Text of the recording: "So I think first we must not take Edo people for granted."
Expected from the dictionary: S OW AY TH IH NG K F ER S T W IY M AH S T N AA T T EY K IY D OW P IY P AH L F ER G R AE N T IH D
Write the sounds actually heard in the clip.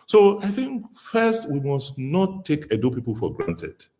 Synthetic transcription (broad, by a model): S OW AY TH IH NG K F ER S T W IY M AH S T N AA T T EY K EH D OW P IY P AH L F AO G R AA N T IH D